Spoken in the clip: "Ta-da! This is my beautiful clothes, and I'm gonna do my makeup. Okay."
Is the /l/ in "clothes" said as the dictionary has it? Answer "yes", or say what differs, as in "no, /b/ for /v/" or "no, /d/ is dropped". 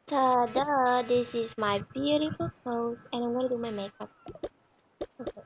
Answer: no, /l/ is dropped